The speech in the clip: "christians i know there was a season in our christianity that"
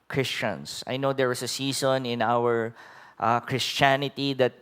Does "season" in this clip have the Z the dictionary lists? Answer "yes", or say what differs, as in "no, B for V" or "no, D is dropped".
no, S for Z